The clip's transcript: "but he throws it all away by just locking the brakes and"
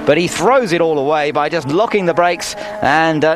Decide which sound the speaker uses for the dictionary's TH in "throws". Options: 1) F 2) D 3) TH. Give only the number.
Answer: 3